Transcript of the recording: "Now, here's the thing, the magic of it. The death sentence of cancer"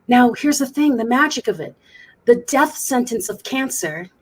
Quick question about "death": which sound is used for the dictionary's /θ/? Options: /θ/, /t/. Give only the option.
/θ/